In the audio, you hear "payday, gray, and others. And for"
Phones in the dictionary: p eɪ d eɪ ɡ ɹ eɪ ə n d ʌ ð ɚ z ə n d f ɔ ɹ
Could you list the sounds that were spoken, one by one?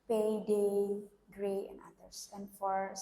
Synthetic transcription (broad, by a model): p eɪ d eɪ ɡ ɹ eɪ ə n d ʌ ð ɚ s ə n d f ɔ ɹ